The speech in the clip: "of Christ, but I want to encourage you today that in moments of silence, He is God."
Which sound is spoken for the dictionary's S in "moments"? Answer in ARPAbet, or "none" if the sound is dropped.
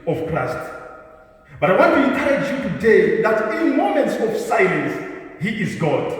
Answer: S